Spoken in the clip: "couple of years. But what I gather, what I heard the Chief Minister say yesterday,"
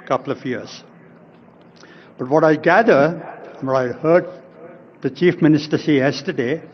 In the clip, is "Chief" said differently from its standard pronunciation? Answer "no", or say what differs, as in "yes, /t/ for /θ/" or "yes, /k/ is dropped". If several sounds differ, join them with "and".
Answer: no